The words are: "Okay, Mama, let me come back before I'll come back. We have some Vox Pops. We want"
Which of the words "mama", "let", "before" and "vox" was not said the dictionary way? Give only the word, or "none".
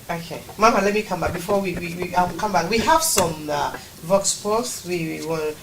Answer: before